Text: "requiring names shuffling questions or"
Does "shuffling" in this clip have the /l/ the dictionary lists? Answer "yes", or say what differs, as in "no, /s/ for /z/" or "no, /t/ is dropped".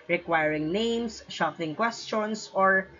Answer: no, /l/ is dropped